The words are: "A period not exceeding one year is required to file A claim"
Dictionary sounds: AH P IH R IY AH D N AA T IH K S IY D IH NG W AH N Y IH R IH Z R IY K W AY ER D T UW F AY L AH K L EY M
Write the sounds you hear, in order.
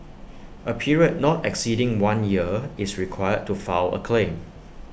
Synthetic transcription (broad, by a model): AH P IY R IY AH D N AA T IH K S IY D IH NG W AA N Y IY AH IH S R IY K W AY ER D T UW F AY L AH K L EY M